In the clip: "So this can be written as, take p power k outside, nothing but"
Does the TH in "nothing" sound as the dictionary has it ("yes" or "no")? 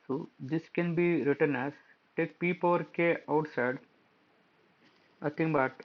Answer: no